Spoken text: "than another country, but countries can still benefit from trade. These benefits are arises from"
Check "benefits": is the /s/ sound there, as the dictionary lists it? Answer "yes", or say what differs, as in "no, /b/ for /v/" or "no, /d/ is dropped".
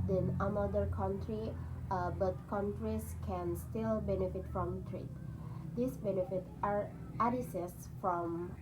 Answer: no, /s/ is dropped